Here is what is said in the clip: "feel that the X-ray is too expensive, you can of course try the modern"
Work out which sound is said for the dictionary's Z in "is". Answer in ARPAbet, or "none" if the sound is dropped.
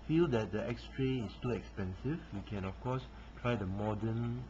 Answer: S